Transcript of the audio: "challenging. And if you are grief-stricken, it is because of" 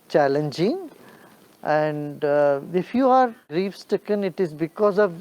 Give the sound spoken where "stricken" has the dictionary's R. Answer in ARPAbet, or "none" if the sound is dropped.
none